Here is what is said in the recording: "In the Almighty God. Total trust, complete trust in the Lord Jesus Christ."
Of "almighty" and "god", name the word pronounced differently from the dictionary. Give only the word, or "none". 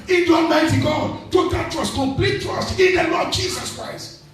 almighty